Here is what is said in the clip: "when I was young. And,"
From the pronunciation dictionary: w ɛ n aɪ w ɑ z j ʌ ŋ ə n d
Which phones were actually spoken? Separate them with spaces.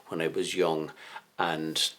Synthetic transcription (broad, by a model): w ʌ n aɪ w ɑ z j ʌ ŋ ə n